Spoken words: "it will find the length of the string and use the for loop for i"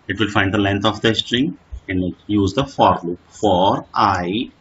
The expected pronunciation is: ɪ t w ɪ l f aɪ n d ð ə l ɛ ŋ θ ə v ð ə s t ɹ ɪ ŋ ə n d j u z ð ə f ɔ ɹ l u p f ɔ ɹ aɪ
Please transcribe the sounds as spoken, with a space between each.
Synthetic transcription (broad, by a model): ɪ t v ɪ l f aɪ n d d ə l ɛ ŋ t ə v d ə s t ɹ ɪ ŋ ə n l j u z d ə f ɔ ɹ l u p f ɔ ɹ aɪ